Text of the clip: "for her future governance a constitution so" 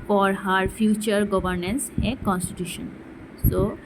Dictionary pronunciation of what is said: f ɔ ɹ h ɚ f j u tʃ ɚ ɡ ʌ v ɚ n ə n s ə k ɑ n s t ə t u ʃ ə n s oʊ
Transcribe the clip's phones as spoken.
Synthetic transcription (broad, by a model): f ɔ ɹ h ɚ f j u tʃ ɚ ɡ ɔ b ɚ n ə n s ə k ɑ n s t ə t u ʃ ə n s oʊ